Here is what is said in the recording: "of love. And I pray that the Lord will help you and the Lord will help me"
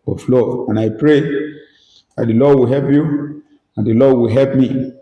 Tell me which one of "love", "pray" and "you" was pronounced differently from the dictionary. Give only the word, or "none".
love